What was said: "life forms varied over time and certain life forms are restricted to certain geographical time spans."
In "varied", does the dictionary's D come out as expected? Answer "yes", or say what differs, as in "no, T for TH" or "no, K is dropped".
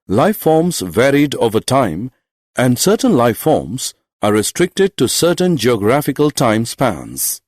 yes